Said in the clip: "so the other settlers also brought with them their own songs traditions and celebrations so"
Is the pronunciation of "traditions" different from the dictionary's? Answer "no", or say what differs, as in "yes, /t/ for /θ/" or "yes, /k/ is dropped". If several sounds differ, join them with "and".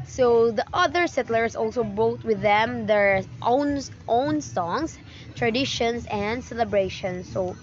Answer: yes, /s/ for /z/